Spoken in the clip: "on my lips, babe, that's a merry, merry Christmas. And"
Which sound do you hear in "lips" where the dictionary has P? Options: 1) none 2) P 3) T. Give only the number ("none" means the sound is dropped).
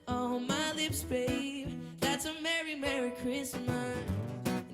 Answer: 2